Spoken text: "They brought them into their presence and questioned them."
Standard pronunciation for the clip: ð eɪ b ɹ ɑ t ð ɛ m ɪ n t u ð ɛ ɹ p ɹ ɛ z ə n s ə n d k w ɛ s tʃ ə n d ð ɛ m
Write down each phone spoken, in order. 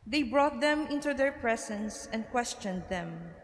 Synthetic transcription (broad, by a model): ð eɪ b ɹ ɑ t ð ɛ m ɪ n t u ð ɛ ɹ p ɹ ɛ s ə n s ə n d k w ɛ s tʃ ə n d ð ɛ m